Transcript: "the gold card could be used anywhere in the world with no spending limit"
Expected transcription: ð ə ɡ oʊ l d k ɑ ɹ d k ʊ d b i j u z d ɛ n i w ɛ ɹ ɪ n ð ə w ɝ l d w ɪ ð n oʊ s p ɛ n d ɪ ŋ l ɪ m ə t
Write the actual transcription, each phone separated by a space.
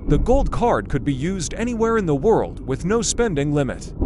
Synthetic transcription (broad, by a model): ð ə ɡ oʊ l d k ɑ ɹ d k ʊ d b i j u z d ɛ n i w ɛ ɹ ɪ n ð ə w ɝ l d w ɪ ð n oʊ s p ɛ n d ɪ ŋ l ɪ m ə t